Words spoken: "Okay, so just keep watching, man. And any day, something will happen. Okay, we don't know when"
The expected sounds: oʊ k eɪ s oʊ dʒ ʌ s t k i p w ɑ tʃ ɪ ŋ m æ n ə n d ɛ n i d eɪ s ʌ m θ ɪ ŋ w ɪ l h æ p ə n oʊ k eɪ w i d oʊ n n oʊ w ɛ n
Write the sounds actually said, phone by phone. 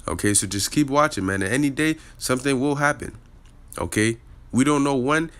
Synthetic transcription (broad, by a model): oʊ k eɪ s oʊ dʒ ʌ s k i p w ɑ tʃ ɪ ŋ m æ n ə ɛ n i d eɪ s ʌ m θ ɪ ŋ w ɪ l h æ p ə n oʊ k eɪ w i d oʊ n n oʊ w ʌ n